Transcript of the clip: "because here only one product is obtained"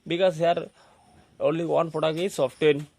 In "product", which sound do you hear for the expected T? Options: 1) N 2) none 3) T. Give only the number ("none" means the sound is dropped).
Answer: 2